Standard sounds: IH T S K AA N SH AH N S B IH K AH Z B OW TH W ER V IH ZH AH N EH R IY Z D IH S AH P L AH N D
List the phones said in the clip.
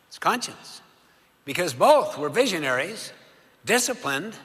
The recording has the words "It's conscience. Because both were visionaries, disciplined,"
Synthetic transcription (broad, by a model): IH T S K AA N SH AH N S B IH K AH Z B OW TH W ER V IH ZH AH N EH R IY Z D IH S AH P L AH N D